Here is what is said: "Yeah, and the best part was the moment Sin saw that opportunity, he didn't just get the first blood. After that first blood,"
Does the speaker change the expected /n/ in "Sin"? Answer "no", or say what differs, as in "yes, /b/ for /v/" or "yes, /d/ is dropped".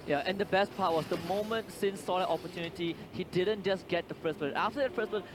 no